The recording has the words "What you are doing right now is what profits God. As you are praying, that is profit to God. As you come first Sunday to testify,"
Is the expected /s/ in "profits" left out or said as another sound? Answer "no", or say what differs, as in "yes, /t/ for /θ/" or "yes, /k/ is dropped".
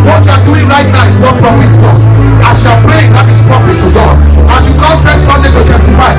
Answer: yes, /s/ is dropped